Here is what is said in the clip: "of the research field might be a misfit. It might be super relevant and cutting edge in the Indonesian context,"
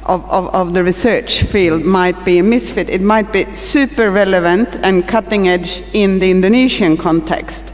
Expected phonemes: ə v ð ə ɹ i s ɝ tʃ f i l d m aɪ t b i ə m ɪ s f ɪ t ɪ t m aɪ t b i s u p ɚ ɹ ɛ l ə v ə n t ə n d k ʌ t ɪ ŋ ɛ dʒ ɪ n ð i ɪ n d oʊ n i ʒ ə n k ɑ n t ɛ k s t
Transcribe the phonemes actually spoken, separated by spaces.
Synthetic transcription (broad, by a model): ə v ð ə ɹ i s ɝ tʃ f i l d m aɪ t b i ə m ɪ s f ɪ t ɪ t m aɪ t b i s u p ɚ ɹ ɛ l ə v ə n t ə n k ʌ t ɪ ŋ ɛ dʒ ɪ n ð i ɪ n d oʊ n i ʃ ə n k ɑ n t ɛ k s t